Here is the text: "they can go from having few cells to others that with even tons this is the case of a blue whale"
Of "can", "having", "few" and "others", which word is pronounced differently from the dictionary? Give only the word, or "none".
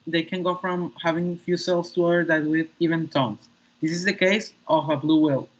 others